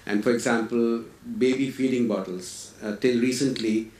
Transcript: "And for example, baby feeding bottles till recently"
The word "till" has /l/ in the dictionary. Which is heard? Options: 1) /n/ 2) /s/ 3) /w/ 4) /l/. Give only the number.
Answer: 4